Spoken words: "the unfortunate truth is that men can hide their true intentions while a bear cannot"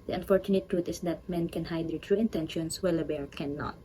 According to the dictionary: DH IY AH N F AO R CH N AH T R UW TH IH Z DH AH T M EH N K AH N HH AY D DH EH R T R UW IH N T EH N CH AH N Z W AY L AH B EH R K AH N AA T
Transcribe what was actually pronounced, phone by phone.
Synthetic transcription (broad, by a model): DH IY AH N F AO R CH N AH T R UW T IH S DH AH T M EH N K AH N HH AY D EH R T R UW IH N T EH N SH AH N S W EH L AH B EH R K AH N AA T